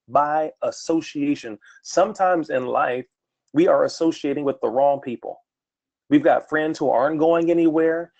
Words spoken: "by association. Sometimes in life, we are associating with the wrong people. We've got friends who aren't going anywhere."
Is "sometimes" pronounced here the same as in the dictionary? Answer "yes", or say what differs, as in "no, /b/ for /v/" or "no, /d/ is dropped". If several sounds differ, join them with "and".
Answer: yes